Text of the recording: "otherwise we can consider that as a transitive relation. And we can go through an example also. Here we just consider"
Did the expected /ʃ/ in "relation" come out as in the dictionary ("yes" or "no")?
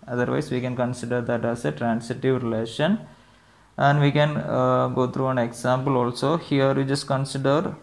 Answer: yes